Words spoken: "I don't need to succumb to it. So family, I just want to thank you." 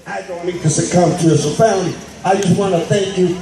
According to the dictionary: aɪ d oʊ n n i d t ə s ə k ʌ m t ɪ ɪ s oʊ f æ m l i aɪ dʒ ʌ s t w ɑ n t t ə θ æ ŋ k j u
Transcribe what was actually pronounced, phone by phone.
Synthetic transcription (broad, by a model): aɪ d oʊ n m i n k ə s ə k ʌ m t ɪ ɪ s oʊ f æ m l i aɪ dʒ ʌ s t w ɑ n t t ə θ æ ŋ k j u